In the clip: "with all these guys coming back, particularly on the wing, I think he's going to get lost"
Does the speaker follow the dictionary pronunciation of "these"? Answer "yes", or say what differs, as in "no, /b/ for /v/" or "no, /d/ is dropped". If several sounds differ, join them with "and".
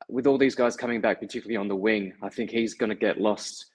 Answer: yes